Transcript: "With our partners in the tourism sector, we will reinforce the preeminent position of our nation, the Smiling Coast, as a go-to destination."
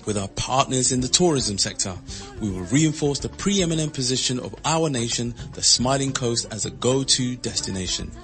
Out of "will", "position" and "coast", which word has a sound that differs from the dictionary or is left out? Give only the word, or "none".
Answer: none